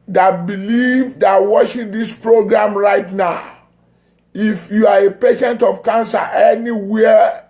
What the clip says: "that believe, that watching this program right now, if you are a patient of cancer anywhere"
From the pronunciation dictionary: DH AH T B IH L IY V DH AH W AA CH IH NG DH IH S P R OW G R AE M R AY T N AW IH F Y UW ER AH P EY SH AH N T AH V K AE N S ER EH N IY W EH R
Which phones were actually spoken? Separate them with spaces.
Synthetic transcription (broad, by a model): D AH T B IH L IY V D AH W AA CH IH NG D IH S P R OW G R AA M R AY T N AW IH F Y UW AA AH P EY SH AH N T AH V K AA N S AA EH N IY W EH